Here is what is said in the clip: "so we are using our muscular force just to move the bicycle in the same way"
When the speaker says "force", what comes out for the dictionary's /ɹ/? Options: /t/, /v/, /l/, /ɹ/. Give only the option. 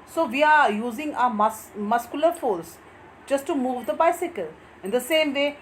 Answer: /l/